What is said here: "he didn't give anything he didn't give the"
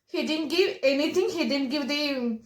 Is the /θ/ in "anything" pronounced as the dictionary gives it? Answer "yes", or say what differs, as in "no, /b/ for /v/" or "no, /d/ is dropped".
no, /t/ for /θ/